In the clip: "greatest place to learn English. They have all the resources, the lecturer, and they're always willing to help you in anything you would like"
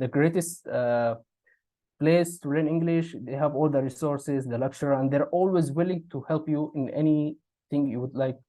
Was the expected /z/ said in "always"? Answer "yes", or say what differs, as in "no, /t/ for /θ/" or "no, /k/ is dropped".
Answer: yes